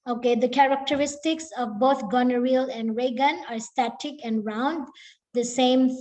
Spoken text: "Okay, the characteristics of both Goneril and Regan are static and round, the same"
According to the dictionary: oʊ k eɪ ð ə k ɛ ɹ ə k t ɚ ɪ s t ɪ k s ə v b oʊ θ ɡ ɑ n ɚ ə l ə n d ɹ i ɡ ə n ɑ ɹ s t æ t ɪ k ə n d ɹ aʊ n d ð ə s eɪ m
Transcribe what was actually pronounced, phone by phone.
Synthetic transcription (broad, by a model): oʊ k eɪ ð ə k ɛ ɹ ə k t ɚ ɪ s t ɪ k s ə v b oʊ t ɡ ɑ n ɚ ə l ə n d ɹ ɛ ɡ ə n ɑ ɹ s t æ t ɪ k ə n d ɹ aʊ n d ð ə s eɪ m